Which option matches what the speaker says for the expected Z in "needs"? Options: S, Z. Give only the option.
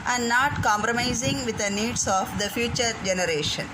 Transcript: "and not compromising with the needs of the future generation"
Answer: S